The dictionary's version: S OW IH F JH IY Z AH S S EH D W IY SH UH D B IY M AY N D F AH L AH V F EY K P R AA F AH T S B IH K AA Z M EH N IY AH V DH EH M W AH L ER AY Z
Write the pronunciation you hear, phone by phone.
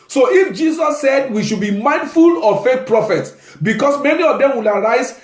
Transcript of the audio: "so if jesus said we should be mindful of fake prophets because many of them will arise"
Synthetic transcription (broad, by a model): S OW IH F JH IY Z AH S S EH D W IY SH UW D B IY M AY N D F AH L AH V F EY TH P R AA F AH T S B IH K AA S M EH N IY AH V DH EH M W AH L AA AY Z